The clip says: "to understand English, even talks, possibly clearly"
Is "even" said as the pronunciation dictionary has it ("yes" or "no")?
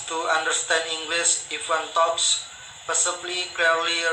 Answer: no